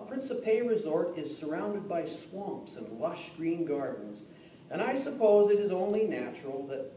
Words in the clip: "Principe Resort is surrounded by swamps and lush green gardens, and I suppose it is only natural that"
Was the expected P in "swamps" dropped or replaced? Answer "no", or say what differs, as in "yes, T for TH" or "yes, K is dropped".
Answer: no